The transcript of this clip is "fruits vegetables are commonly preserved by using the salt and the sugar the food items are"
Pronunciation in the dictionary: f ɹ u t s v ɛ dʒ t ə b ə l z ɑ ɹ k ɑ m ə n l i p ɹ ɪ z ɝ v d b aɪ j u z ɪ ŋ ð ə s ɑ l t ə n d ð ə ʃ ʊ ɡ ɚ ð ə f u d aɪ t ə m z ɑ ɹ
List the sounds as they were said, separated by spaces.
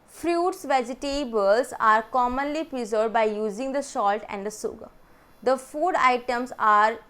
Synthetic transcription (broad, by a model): f ɹ u t s v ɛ dʒ t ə b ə l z ɑ ɹ k ɑ m ə n l i p ɹ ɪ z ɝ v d b aɪ j u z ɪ ŋ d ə ʃ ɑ l t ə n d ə s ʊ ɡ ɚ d ə f u d aɪ t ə m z ɑ ɹ